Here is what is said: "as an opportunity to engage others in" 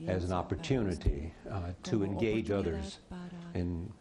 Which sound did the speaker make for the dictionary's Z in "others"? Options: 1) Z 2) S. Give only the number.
1